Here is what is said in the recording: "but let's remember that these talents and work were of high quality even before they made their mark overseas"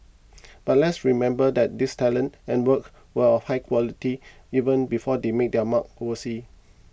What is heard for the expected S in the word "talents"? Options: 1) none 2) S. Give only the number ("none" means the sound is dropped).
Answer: 1